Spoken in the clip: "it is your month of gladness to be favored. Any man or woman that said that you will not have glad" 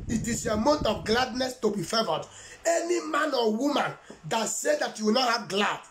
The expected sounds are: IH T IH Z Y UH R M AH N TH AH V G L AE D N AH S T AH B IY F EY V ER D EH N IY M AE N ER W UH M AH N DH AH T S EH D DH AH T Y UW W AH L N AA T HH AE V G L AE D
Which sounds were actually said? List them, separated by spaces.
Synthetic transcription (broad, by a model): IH T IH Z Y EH M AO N T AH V G L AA D N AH S T AH B IY F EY V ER D EH N IY M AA N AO W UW M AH N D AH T S EH D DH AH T Y UW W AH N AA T HH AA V G L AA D